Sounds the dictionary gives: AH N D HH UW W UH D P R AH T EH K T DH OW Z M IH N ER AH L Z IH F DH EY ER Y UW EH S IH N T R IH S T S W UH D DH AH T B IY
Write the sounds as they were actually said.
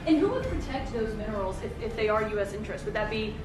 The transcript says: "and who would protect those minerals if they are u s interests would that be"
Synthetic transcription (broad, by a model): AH N HH UW W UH D P R AH T EH K T DH OW Z M IH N ER L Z IH F DH EY ER Y UW EH S IH N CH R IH S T W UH D DH AH T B IY